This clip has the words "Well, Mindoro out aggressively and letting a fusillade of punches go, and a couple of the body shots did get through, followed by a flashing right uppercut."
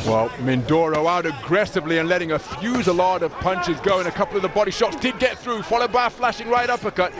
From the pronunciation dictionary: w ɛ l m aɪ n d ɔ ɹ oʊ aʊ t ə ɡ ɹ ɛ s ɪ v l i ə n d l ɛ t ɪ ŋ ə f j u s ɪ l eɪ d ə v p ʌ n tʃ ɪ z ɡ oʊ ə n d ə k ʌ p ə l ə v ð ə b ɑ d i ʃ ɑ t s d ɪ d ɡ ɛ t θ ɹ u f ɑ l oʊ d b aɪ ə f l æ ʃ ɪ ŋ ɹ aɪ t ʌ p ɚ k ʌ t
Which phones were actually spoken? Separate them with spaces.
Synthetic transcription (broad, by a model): w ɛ l m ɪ n d ɔ ɹ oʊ aʊ t ə ɡ ɹ ɛ s ɪ v l i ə n l ɛ t ɪ ŋ ə f j u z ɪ l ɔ d ə v p ʌ n tʃ ɪ z ɡ oʊ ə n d ə k ʌ p l ə v ð ə b ɑ d i ʃ ɑ t s d ɪ d ɡ ɛ t θ ɹ u f ɑ l oʊ d b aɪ ə f l æ ʃ ɪ ŋ ɹ aɪ t ʌ p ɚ k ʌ t